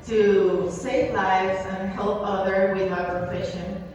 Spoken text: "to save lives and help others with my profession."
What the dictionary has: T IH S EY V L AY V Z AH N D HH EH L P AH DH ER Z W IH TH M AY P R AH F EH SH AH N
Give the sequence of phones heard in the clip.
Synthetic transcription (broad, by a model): T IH S EY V L AY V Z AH N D HH EH L P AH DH ER W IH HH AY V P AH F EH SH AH N